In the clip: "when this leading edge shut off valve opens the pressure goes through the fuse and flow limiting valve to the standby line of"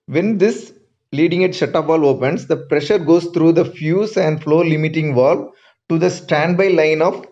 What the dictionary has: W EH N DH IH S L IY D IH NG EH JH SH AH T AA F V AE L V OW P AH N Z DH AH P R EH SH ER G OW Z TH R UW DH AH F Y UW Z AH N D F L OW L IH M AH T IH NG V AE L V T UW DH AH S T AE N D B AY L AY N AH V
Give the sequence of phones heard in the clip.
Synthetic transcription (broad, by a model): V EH N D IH S L IY D IH NG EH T SH AH T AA P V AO L OW P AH N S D AH P R EH SH ER G OW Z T R UW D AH F Y UW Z AH N D F L OW L IH M AH T IH NG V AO L T UW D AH S T AE N D B AY L AY N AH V